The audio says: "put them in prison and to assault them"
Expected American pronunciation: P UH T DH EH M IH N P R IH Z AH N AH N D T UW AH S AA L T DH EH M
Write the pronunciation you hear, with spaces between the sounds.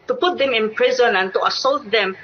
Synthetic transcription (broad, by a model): P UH T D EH M IH N P R IH Z AH N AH N T UW AH S AA L T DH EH M